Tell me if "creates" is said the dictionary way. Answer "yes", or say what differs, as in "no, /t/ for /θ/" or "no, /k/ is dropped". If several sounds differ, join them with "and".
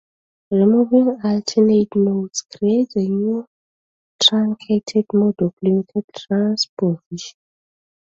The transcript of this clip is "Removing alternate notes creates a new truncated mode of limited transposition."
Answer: no, /s/ is dropped